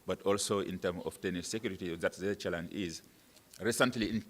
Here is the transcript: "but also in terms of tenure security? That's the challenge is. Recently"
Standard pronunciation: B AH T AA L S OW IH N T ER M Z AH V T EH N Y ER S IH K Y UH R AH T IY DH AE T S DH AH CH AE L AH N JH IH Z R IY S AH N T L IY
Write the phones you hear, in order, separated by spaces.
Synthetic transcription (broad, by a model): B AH T AA L S OW IH N T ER M AH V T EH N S S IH K Y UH R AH T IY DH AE T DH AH CH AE L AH N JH IH Z R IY S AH N T L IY